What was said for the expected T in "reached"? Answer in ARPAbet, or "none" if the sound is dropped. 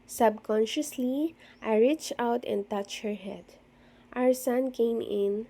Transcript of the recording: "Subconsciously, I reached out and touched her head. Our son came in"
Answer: none